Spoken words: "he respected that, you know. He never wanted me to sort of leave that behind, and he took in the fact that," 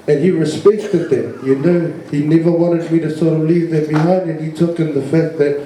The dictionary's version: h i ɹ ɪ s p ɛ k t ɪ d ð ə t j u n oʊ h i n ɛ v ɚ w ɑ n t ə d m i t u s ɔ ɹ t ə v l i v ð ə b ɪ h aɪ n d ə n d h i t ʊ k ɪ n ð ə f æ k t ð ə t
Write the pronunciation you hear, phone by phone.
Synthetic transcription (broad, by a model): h i ɹ ɪ s p ɛ k t ɪ d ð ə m j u n oʊ h i n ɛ v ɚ w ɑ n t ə d m i t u s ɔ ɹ t ə v l i v ð ə b ɪ h aɪ n d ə n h i t ʊ k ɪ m ð ə f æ t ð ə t